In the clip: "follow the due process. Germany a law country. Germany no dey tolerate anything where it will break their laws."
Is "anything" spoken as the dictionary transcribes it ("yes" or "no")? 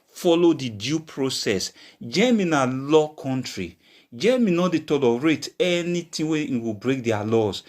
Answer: no